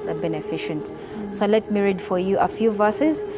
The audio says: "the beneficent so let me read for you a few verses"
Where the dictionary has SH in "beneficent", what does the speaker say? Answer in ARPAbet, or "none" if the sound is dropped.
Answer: SH